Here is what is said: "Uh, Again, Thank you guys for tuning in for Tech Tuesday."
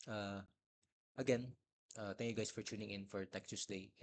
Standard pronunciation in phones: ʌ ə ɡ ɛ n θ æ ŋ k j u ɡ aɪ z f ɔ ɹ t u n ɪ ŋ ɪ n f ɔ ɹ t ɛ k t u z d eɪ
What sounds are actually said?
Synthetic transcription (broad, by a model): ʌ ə ɡ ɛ n t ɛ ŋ k j u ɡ aɪ s f ɔ ɹ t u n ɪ ŋ ɪ n f ɔ ɹ t ɛ k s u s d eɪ